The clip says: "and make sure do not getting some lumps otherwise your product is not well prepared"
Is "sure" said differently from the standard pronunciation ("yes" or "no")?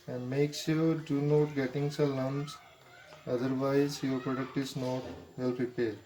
yes